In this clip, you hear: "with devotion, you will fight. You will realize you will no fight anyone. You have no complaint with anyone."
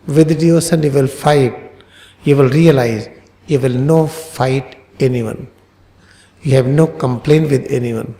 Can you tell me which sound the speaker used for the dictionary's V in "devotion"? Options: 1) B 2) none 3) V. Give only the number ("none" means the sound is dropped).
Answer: 2